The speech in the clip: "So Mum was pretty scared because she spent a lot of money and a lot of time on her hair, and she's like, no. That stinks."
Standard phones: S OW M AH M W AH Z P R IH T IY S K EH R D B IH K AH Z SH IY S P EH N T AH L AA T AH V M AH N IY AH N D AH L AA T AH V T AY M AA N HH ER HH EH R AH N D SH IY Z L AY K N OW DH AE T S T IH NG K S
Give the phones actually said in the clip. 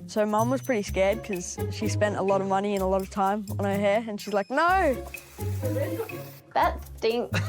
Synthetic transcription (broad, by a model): S OW M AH M W AH Z P R IH T IY S K EH R D K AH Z SH IY S P EH N T AH L AA T AH V M AH N IY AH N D AH L AA T AH V T AY M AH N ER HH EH R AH N SH IY Z L AY K N OW DH AE T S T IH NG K